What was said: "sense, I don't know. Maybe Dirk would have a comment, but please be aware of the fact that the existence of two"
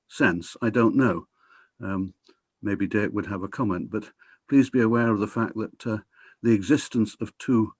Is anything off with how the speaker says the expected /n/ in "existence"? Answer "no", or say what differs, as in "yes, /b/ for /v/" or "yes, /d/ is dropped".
no